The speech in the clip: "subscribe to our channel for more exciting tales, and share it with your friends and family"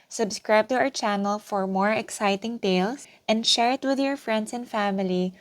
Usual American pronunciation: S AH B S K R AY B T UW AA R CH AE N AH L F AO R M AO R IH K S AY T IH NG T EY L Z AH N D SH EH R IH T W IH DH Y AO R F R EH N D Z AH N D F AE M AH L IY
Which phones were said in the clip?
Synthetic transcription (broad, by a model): S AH B S K R AY B T UW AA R CH AE N AH L F AO R M AO R IH K S AY T IH NG T EY L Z AH N D SH EH R IH T W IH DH Y AO R F R EH N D S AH N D F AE M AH L IY